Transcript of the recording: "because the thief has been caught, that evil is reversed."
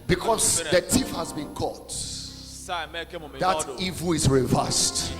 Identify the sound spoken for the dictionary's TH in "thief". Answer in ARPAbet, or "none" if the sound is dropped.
T